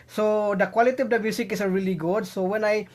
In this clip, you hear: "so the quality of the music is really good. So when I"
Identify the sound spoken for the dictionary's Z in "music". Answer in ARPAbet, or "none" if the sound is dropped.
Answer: S